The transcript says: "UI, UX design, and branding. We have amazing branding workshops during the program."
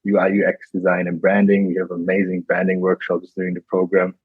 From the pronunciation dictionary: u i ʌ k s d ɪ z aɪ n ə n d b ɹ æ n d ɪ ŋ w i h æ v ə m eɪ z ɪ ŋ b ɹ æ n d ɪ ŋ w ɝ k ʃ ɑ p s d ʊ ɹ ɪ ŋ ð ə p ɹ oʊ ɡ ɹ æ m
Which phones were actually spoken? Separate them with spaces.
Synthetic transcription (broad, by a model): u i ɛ k s d ɪ z aɪ n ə n b ɹ æ n d ɪ ŋ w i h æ v ə m eɪ z ɪ ŋ b ɹ æ n d ɪ ŋ w ɝ k ʃ ɑ p s d ʊ ɹ ɪ ŋ ð ə p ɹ oʊ ɡ ɹ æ m